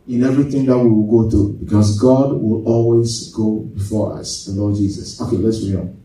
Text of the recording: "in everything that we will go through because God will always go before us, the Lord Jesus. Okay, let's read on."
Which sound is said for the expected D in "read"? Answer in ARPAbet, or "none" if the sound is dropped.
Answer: none